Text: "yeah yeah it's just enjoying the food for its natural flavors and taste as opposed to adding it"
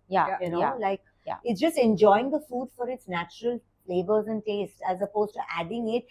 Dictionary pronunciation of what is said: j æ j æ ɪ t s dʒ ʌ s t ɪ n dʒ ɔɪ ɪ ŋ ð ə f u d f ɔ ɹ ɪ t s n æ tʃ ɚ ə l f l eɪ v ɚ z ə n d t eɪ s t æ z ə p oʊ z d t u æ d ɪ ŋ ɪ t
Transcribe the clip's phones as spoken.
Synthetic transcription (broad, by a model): j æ j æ ɪ t s dʒ ʌ s t ɪ n dʒ ɔɪ ɪ ŋ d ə f u d f ɔ ɹ ɪ t s n æ tʃ ɚ ə l l eɪ b ɚ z ə n d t eɪ s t æ z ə p oʊ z t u æ d ɪ ŋ ɪ t